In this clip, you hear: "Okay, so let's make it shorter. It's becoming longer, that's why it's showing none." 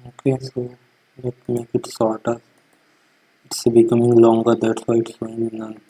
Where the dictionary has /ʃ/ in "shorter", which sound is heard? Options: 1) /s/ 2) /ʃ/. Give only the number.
1